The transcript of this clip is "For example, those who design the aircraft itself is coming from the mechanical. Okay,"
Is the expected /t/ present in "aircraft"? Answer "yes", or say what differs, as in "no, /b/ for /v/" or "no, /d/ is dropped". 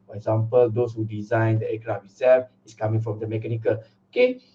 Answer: no, /t/ is dropped